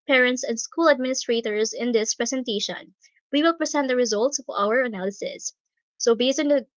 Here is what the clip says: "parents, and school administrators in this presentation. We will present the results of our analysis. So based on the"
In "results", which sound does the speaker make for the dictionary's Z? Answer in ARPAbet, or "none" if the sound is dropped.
Z